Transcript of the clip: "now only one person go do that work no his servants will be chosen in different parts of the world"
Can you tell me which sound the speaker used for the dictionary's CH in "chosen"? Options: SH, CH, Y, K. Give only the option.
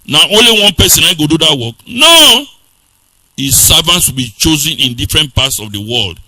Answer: CH